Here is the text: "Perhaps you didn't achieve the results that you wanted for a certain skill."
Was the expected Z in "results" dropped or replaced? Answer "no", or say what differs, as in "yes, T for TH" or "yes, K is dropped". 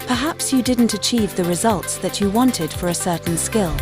no